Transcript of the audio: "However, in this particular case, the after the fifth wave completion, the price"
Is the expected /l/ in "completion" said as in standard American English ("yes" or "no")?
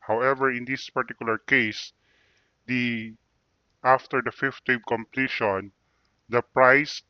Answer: yes